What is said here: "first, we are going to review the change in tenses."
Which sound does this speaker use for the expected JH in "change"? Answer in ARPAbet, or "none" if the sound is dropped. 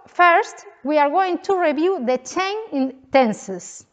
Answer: none